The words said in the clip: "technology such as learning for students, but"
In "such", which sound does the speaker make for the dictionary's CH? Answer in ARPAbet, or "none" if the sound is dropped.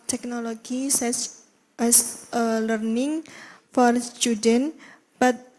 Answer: S